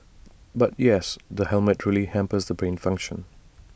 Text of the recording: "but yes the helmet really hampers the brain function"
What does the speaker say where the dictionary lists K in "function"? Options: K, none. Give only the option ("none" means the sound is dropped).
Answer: K